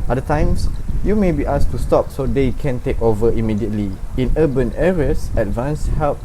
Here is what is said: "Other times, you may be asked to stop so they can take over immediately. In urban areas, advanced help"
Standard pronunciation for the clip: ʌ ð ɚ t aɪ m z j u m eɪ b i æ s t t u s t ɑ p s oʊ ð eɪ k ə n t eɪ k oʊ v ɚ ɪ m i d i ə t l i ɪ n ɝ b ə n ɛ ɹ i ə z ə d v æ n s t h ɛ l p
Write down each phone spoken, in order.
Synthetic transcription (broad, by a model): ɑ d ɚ t aɪ m s j u m eɪ b i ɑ s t t u s t ɑ p s oʊ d eɪ k ə n t eɪ k oʊ v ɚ ɪ m i d i ə t l i ɪ n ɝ b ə n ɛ ɹ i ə s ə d v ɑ n s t h ɛ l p